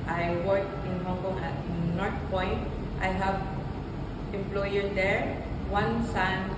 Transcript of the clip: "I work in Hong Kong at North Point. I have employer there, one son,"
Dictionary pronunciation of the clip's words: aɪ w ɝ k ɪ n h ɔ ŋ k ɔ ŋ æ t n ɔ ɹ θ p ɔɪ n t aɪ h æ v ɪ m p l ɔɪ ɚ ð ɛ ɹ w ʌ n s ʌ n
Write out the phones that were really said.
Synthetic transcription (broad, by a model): aɪ w ɝ k ɪ n h ɔ ŋ k ɔ ŋ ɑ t n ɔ ɹ t p ɔɪ n t aɪ h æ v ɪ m p l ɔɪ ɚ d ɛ ɹ w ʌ n s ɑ n